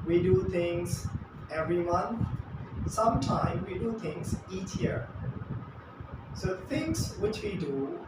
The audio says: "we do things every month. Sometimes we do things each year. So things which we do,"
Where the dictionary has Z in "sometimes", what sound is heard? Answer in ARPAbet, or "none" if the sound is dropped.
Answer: none